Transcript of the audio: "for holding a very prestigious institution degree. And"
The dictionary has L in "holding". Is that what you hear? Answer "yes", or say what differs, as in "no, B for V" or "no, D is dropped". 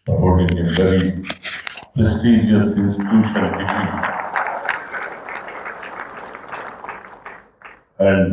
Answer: no, L is dropped